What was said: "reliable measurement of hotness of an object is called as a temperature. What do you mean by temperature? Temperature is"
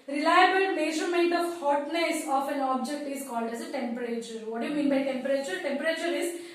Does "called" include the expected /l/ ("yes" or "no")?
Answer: yes